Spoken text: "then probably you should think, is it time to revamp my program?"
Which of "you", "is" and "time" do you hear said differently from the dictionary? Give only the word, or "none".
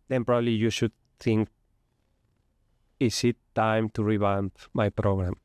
is